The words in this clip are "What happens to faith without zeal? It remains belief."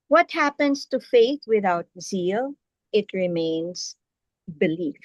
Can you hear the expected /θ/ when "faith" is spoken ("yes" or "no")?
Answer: no